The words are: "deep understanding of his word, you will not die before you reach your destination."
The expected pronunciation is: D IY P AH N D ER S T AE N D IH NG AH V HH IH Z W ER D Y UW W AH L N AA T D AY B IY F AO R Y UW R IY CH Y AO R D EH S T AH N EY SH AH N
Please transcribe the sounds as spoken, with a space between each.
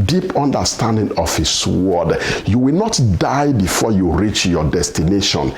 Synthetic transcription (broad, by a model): D IY P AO N D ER S T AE N D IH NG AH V HH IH S W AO D Y UW W AH L N AA T D AY B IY F AO Y UW R IY CH Y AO D EH S T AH N EY SH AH N